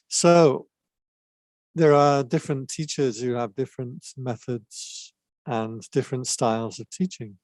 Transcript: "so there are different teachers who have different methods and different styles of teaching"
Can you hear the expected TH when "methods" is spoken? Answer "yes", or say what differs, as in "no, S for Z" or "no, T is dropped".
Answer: yes